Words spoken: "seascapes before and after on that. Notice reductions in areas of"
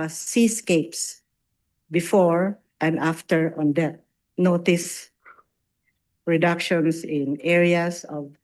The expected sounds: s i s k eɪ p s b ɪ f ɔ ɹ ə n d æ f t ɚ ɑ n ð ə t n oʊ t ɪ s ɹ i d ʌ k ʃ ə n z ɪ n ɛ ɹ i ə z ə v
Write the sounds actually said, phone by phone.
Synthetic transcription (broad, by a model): s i s k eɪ p s b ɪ f ɔ ɹ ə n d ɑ f t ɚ ɑ n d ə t n oʊ t ɪ s ɹ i d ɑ k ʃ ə n s ɪ n ɛ ɹ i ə s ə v